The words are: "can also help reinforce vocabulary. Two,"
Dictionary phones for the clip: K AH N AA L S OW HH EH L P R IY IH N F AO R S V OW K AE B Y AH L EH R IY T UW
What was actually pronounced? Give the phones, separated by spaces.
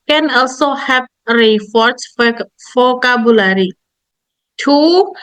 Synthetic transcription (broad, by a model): K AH N AA L S OW HH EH P R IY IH F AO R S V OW K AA B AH L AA R IY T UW